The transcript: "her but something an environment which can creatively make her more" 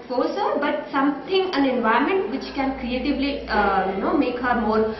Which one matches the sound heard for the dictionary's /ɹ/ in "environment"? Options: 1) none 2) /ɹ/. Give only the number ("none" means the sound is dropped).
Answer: 1